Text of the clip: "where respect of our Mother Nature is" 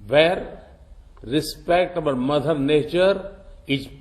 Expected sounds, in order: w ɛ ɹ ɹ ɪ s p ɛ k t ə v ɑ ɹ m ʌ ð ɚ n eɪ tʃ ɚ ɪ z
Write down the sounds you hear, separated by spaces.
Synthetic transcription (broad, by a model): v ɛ ɹ ɹ ɪ s p ɛ k t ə b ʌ l m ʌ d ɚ n eɪ tʃ ɚ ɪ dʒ